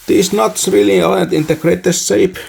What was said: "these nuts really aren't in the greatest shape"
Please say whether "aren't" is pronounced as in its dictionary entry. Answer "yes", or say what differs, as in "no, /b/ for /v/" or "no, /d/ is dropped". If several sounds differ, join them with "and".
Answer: no, /ɹ/ is dropped